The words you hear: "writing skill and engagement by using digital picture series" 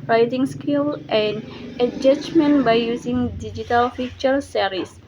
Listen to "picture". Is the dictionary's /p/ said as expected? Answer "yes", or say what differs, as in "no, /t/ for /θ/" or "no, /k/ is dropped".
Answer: no, /f/ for /p/